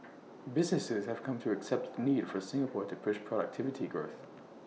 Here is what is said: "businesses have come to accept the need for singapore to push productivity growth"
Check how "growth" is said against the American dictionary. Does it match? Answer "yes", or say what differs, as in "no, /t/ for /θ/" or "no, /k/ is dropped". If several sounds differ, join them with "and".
yes